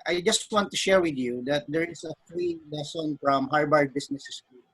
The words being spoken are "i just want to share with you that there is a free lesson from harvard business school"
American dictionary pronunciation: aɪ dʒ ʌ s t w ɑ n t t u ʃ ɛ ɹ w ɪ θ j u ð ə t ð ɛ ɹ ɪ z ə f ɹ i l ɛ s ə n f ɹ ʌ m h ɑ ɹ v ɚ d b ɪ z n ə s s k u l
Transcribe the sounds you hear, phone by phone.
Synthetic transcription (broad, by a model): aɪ dʒ ʌ s t w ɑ n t t u ʃ ɛ ɹ w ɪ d j u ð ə t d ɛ ɹ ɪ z ə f ɹ i l ɛ s ə n f ɹ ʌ m h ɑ ɹ b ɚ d b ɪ s n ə s s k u